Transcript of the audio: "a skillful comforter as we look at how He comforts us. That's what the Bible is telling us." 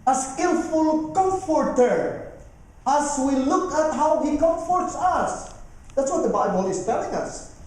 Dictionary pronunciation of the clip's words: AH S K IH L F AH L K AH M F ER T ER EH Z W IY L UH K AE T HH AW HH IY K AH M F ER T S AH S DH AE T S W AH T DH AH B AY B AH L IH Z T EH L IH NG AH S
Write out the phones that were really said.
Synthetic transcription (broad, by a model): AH S K IH L F AH L K AH M F ER T ER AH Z W IY L UH K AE T HH AW HH IY K AH M F ER T S AH S DH AE T S W AH T DH AH B AY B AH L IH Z T EH L IH NG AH S